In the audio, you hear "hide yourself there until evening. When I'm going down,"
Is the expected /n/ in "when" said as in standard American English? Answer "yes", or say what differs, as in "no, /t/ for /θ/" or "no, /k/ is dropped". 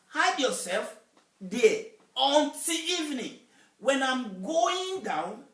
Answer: yes